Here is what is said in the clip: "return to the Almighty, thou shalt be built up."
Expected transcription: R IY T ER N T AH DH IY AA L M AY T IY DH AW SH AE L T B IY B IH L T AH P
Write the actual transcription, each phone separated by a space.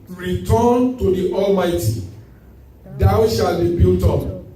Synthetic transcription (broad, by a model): R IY T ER N T AH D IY AA L M AY T IY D AW SH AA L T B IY B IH L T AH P